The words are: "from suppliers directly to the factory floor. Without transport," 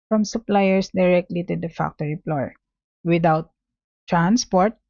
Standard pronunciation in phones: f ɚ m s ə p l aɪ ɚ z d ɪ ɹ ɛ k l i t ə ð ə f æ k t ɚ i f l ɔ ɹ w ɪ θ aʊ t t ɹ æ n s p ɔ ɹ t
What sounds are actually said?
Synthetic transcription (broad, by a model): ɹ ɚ m s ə p l aɪ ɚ s d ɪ ɹ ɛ k l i t ə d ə f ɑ k t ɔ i p l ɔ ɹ w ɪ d aʊ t t ɹ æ n s p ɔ ɹ t